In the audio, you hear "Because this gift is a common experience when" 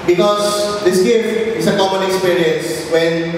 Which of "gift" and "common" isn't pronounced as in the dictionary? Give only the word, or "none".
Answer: gift